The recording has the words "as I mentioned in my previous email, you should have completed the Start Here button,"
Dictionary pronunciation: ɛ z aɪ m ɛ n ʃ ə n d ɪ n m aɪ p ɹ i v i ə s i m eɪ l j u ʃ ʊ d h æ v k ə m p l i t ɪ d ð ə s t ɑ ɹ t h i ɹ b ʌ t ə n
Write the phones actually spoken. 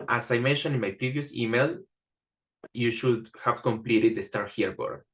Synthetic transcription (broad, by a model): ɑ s aɪ m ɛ n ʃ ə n ɪ n m aɪ p ɹ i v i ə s i m eɪ l j u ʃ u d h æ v k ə m p l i t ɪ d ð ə s t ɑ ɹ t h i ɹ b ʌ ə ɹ